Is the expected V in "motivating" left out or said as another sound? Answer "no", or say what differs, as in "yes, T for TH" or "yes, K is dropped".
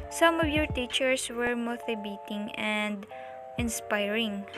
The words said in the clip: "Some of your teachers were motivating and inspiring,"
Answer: yes, B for V